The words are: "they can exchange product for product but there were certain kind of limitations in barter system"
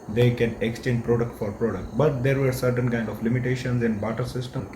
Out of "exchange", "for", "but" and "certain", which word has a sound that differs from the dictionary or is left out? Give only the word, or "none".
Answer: none